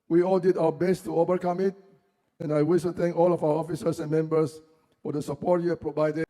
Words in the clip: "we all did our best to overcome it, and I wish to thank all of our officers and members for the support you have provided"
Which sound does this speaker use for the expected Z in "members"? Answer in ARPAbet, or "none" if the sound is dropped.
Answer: S